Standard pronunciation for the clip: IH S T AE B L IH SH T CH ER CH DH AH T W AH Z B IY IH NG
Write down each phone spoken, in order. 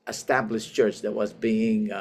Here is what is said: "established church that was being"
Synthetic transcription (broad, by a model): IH S T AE B L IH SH CH ER CH DH AH T W AH Z B IY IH NG